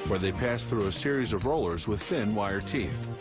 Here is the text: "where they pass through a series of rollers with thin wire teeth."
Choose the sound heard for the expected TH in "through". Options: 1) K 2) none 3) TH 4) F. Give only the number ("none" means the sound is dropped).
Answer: 3